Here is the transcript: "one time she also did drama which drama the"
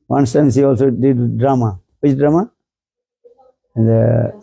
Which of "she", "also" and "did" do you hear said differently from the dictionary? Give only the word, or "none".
she